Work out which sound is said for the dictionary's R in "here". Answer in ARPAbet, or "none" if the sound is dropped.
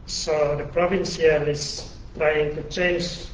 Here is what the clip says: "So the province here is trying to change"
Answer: L